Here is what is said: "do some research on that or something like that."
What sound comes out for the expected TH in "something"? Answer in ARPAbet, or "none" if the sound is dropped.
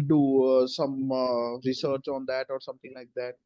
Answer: T